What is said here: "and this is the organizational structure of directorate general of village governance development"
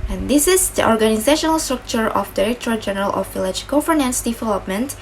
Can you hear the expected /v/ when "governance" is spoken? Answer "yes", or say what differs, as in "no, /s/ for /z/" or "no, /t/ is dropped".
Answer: no, /f/ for /v/